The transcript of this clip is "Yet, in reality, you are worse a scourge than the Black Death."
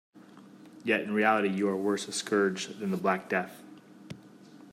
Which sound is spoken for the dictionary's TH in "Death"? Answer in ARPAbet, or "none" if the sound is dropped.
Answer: TH